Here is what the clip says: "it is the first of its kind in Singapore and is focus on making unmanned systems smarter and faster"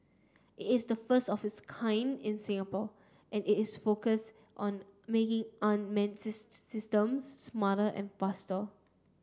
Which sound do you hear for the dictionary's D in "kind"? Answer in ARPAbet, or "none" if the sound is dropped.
D